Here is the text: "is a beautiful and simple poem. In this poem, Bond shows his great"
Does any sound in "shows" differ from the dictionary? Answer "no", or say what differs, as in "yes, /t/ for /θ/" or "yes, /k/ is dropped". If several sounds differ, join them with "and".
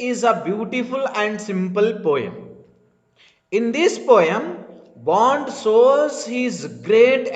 yes, /s/ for /ʃ/